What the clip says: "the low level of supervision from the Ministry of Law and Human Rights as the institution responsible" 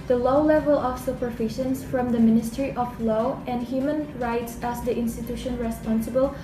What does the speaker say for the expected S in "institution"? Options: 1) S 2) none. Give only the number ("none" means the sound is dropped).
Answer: 1